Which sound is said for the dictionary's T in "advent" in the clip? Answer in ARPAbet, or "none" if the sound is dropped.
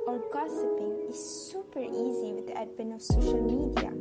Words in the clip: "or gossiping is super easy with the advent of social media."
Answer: none